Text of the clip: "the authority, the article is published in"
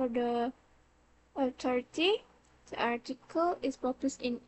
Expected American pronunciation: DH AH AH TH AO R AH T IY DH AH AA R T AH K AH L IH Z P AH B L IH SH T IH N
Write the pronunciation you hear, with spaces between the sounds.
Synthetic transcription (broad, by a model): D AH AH T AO R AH T IY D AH AA R T AH K AH L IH S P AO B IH S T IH N